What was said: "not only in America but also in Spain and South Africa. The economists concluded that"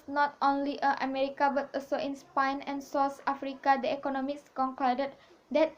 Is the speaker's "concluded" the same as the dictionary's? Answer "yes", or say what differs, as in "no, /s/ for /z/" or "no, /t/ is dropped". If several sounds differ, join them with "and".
no, /l/ is dropped